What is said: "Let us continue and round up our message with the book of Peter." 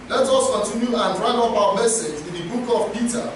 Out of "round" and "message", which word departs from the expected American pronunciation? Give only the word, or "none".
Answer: round